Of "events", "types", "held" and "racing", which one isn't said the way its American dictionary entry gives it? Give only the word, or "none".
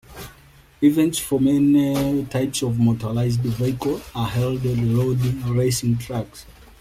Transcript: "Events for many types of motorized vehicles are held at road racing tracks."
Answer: none